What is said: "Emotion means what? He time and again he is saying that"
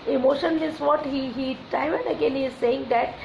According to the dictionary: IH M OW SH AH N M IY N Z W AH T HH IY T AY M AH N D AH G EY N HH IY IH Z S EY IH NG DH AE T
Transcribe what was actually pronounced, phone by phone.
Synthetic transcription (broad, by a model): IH M OW SH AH N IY Z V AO T HH IY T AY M AH N D AH G EY N HH IY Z S EY IH NG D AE T